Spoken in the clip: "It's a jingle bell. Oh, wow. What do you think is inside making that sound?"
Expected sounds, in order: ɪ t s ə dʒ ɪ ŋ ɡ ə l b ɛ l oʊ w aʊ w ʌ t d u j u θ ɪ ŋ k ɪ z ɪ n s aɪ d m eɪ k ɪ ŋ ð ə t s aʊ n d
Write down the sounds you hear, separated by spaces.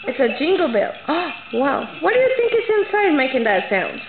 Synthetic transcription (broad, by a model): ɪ t s ə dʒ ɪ ŋ ɡ l b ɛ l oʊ w aʊ w ʌ t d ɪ j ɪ θ ɪ ŋ k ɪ s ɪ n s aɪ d m eɪ k ɪ ŋ ð ə t s aʊ n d